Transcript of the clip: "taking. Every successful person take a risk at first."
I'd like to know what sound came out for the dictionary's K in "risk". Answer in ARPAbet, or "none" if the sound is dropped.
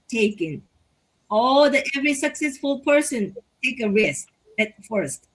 none